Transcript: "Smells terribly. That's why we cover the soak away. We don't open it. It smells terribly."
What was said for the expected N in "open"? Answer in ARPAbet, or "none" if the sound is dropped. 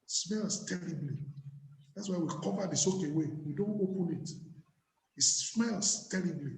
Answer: N